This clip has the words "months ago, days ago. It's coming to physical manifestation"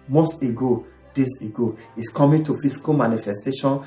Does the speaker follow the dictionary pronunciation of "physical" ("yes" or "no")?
no